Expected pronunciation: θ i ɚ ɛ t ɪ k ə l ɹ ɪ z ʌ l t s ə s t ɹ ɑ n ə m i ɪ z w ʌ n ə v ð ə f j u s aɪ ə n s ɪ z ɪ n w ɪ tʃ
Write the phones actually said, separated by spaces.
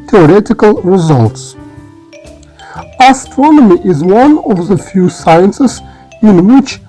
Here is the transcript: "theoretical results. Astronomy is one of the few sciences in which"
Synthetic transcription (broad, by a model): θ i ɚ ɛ t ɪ k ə l ɹ ɪ z ʌ l t s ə s t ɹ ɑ n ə m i ɪ z w ʌ n ə v ð ə f j u s aɪ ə n s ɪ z ɪ n w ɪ tʃ